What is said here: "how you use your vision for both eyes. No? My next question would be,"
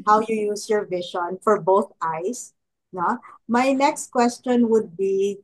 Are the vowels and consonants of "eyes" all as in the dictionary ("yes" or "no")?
no